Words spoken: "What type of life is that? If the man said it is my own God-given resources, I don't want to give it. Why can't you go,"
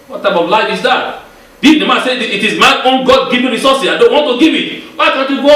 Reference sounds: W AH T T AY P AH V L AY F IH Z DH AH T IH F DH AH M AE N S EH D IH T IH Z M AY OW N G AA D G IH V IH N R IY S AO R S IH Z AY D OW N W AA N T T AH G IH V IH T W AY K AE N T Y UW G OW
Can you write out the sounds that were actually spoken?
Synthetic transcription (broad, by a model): W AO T T AY P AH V L AY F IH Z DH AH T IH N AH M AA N S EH IH T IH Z M AY OW N G AA D G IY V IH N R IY S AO S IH AY D OW N W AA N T T AH G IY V IH T W AY K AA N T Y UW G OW